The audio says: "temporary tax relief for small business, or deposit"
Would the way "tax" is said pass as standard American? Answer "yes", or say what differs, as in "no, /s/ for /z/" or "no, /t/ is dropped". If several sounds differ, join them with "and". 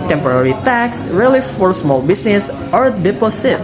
yes